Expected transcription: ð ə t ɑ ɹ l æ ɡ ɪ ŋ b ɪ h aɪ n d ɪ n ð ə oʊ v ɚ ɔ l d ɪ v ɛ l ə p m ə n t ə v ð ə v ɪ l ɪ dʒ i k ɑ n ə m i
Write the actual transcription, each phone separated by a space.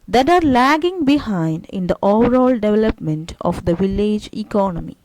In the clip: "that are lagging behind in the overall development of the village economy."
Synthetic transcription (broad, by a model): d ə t ɑ ɹ l æ ɡ ɪ ŋ b ɪ h aɪ n d ɪ n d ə oʊ v ɚ ɔ l d ɪ v ɛ l ə p m ə n t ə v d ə v ɪ l ɪ dʒ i k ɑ n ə m i